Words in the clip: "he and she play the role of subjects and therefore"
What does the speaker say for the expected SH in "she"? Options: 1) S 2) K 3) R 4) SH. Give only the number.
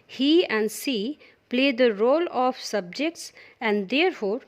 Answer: 1